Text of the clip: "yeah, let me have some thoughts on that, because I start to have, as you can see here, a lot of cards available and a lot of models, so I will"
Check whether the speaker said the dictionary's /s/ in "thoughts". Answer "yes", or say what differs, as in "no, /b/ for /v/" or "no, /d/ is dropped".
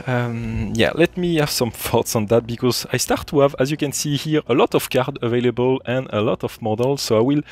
yes